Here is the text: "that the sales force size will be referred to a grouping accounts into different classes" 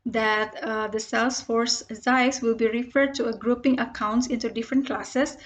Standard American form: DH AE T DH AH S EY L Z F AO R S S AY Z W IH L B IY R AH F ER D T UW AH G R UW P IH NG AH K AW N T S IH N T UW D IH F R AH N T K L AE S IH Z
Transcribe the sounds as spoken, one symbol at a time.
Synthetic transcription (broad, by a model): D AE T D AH S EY L S F AO R S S AY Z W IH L B IY R AH F ER D T UW AH G R UW P IH NG AH K AW N T S IH N T UW D IH F R AH N T K L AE S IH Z